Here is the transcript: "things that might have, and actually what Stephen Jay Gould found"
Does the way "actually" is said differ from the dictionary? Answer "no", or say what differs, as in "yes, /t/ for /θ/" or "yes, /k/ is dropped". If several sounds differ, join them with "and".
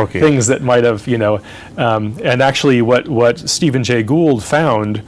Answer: yes, /w/ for /l/